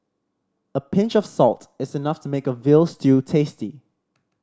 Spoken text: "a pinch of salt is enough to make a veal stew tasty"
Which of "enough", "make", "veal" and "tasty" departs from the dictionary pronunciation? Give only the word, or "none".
none